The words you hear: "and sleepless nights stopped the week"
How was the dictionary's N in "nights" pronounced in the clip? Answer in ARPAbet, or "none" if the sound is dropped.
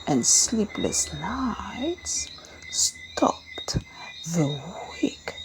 L